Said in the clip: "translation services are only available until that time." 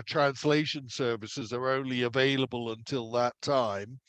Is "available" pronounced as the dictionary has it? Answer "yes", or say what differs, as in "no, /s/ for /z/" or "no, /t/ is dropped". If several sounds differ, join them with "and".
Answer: yes